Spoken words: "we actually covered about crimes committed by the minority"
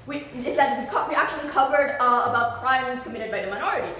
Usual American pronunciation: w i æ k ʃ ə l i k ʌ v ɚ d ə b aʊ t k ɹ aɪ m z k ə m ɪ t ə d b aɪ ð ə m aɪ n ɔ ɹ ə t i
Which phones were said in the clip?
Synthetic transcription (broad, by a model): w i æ k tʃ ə l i k ʌ v ɚ d ə b aʊ t k ɹ aɪ m z k ə m ɪ t ə d b aɪ ð ə m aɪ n ɔ ɹ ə t i